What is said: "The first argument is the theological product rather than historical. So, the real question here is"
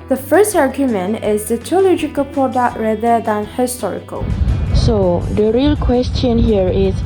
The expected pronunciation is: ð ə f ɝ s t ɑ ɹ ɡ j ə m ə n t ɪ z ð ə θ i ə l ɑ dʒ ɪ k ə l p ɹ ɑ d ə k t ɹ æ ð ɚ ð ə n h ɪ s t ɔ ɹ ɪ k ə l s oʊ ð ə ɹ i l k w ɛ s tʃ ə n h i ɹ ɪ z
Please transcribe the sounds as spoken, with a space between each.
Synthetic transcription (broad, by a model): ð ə f ɝ s t ɑ ɹ ɡ j ə m ə n t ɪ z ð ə t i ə l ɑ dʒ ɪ k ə l p ɹ ɑ d ə k t ɹ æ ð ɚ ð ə n h ɪ s t ɔ ɹ ɪ k ə l s oʊ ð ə ɹ i l k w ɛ s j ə n h i ɹ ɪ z